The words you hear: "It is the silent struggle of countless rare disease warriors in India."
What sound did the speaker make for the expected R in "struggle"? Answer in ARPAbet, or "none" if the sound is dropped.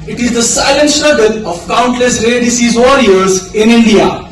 none